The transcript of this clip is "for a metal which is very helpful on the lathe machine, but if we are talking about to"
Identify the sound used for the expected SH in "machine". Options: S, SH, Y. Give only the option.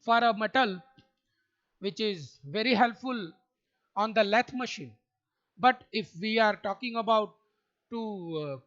SH